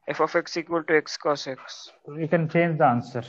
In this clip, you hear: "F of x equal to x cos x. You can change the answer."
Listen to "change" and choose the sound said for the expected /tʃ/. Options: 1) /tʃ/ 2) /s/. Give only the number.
1